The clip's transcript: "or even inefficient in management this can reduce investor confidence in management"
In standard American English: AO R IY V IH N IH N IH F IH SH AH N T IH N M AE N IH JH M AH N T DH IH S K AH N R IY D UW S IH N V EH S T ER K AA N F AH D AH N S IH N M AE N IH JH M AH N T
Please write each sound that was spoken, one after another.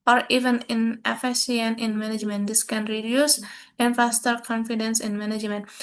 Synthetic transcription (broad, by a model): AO R IY V IH N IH N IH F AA S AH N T IH N M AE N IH JH M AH N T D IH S K AH N R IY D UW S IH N F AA S T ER K AA N F AH D AH N S IH N M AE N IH JH M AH N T